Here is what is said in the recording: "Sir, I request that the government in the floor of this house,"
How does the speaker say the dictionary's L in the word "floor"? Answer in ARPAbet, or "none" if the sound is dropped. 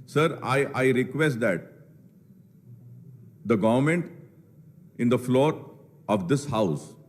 L